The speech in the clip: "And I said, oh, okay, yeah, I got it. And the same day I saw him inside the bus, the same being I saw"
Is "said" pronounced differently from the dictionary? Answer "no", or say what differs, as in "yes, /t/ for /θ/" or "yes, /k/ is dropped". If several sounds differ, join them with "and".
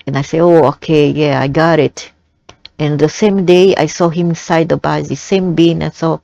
yes, /d/ is dropped